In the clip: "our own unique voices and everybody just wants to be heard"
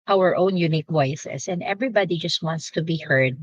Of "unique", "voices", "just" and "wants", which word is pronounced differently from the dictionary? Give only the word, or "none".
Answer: voices